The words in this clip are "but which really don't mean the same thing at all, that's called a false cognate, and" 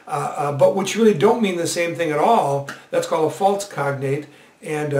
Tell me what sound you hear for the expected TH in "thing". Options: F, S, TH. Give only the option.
TH